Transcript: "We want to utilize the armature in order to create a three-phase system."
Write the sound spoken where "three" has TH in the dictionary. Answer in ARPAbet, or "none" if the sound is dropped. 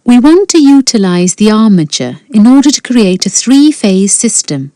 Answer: TH